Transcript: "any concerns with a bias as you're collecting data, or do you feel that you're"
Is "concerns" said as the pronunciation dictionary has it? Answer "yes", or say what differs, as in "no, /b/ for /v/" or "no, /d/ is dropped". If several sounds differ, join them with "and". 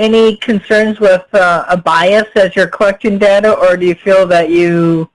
yes